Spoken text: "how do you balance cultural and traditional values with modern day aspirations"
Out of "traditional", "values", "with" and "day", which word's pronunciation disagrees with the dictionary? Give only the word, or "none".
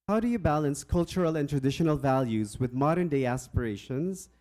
none